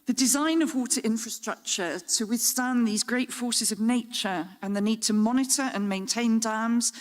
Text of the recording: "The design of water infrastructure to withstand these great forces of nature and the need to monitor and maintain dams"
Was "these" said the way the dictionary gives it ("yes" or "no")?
yes